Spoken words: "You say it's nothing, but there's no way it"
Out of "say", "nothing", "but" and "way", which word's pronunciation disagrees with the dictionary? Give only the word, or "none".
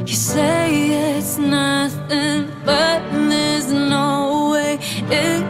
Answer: none